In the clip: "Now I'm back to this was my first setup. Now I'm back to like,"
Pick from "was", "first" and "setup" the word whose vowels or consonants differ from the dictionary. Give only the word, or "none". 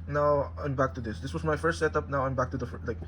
was